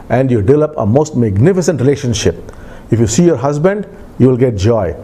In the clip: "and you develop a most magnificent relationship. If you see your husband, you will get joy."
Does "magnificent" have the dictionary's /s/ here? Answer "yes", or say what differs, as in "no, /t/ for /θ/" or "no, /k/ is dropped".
yes